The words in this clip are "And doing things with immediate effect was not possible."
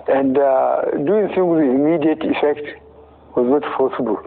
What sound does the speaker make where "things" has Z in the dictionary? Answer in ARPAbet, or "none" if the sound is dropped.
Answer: none